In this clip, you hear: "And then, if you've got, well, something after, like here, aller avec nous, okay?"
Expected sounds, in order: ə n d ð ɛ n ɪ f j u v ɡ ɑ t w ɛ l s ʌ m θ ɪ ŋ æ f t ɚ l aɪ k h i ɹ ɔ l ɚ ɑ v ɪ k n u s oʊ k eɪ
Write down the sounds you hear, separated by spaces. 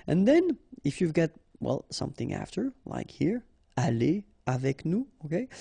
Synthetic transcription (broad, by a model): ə n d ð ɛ n ɪ f j u v ɡ ɑ t w ɛ l s ʌ m θ ɪ ŋ æ f t ɚ l aɪ k h i ɹ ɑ l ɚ ɑ v ɪ k n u oʊ k eɪ